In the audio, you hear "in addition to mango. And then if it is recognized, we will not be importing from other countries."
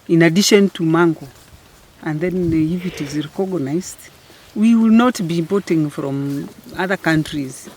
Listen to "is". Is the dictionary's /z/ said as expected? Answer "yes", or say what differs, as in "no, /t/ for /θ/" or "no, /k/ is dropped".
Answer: yes